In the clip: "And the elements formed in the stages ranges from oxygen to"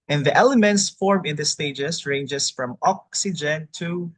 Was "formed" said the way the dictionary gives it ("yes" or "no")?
no